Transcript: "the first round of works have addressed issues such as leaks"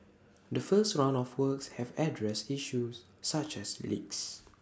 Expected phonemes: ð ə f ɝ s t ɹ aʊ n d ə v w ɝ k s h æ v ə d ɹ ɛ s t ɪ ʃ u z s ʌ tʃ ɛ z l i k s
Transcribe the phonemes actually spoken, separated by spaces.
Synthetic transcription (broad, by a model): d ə f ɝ s t ɹ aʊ n ə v w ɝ k s h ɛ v ə d ɹ ɛ s t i ʃ u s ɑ tʃ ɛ s l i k s